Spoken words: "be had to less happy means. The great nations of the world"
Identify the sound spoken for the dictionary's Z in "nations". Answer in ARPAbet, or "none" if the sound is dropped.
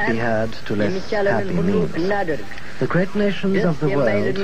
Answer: Z